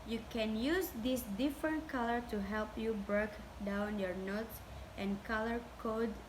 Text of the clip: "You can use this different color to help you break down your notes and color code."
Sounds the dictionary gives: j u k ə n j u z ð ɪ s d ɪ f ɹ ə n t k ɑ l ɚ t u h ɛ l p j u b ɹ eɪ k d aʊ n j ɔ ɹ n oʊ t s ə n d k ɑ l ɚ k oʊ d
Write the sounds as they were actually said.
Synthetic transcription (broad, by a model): j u k ə n j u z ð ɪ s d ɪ f ɹ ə n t k ɑ l ɚ t u h ɛ l p j u b ɹ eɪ k d aʊ n j ɔ ɹ n oʊ t s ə n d k ɑ l ɚ k oʊ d